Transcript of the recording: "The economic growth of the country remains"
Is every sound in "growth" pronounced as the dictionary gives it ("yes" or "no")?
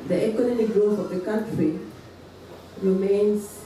no